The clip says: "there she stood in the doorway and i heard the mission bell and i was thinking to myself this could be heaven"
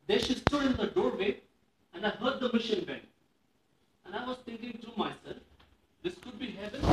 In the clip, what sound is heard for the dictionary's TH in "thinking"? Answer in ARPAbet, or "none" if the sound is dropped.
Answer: T